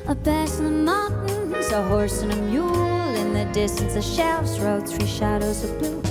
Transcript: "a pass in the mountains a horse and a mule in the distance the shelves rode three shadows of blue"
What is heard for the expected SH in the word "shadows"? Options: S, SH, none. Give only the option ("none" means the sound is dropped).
SH